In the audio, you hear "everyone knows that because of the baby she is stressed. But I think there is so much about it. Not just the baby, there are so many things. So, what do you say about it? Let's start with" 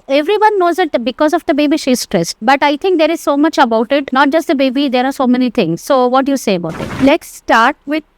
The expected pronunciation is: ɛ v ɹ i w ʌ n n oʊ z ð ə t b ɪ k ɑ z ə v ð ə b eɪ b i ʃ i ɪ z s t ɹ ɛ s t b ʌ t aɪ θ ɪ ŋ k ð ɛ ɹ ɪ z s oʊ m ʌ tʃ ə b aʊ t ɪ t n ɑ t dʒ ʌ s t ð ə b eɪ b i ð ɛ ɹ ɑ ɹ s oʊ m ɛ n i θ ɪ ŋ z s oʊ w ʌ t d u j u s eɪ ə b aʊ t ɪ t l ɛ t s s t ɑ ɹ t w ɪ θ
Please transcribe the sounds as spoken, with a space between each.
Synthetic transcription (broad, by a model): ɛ v ɹ i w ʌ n n oʊ z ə t b ɪ k ɑ z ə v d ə b eɪ b i ʃ i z s t ɹ ɛ s t b ʌ t aɪ t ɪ ŋ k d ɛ ɹ ɪ z s oʊ m ʌ tʃ ə b aʊ t ɪ t n ɑ t dʒ ʌ s t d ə b eɪ b i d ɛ ɹ ɑ ɹ s oʊ m ɛ n i t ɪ ŋ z s oʊ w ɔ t d u j u s eɪ ə b aʊ t ɪ t l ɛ t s s t ɑ ɹ t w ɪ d